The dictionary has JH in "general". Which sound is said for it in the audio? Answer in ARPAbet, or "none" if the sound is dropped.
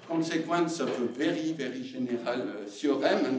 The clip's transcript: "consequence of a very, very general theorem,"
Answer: ZH